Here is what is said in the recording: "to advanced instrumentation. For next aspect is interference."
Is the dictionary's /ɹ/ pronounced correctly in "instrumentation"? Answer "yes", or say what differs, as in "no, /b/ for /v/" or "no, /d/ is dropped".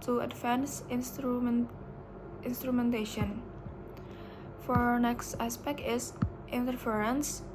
yes